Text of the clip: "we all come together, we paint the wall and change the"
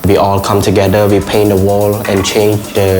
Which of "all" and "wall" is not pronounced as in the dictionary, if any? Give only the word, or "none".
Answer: none